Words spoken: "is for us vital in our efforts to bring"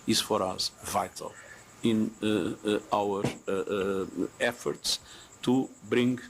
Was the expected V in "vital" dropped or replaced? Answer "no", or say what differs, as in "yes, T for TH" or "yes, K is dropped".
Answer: no